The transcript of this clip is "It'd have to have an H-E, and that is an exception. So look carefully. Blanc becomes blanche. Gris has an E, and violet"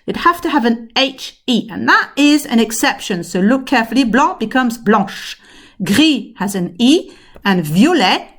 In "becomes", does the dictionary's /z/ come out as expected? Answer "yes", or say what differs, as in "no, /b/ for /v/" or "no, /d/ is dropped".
yes